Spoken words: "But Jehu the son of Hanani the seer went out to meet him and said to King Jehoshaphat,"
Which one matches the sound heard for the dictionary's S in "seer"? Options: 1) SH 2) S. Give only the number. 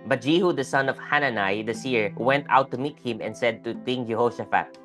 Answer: 2